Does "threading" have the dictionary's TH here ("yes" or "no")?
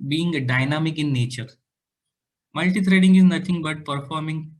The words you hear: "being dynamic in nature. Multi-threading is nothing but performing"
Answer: no